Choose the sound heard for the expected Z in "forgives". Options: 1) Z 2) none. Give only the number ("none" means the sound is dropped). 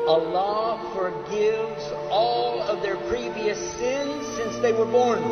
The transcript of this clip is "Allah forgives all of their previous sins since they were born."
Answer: 1